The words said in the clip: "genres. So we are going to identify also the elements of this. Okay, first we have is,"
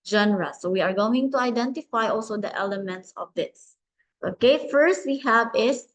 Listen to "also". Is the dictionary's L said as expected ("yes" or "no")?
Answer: yes